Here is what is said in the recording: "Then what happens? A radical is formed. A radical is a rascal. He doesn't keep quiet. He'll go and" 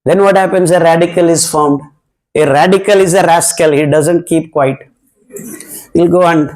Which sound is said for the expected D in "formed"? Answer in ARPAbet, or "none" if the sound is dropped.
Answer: none